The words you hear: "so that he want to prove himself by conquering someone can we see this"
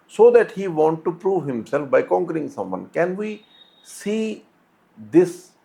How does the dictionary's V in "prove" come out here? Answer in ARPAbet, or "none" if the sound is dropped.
V